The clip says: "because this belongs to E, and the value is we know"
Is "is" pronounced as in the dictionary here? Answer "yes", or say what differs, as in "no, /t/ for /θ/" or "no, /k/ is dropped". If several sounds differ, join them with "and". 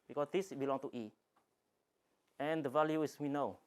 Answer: no, /s/ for /z/